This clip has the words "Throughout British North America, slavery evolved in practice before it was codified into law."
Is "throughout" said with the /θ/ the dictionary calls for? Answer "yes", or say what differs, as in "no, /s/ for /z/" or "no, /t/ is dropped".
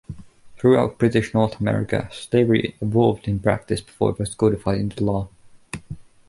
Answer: yes